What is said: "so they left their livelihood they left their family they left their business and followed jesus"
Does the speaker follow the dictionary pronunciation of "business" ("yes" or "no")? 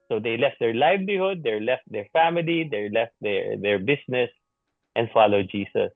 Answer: no